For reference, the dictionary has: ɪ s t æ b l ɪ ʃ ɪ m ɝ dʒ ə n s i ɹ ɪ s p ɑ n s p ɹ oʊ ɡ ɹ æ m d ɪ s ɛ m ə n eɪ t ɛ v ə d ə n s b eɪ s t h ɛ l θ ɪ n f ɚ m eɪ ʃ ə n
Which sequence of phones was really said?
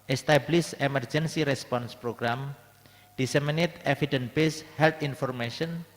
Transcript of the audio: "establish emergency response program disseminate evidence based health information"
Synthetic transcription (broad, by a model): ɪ s t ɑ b l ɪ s ɪ m ɝ dʒ ə n s i ɹ ɪ s p ɑ n s p ɹ oʊ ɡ ɹ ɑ m d ɪ s ɛ m ə n eɪ t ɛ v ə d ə n b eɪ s h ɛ l t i n f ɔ m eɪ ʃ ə n